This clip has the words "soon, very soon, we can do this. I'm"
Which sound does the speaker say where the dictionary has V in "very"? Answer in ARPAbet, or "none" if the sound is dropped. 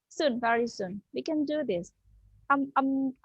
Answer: V